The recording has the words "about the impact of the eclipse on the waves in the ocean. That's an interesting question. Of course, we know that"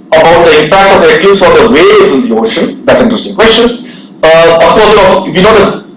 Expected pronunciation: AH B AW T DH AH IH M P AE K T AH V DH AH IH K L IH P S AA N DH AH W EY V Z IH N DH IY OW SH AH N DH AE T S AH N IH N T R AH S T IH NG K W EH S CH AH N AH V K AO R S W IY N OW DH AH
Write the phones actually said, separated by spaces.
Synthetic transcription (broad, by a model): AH B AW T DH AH IH M P AE K T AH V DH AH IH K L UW S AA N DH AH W EY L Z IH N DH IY OW SH AH N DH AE T S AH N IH T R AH S T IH NG K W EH S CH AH N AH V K AO R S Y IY N OW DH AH